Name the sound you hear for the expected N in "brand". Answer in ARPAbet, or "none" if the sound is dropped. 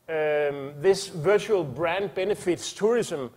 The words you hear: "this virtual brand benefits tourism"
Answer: N